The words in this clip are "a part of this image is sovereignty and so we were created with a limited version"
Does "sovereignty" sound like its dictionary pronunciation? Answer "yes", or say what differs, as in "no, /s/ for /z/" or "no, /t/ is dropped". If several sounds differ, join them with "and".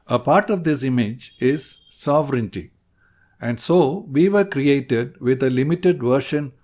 yes